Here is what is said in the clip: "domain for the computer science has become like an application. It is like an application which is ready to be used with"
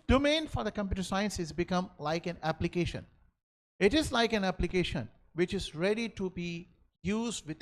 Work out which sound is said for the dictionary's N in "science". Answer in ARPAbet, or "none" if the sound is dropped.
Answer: N